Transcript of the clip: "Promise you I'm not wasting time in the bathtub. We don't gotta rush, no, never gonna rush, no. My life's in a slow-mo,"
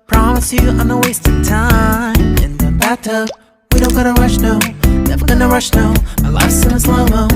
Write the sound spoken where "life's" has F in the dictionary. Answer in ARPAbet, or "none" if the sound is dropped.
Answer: none